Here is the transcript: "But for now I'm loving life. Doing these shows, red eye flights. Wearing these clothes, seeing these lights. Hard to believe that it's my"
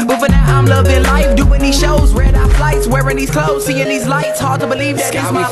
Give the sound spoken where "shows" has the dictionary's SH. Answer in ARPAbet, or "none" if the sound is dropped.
SH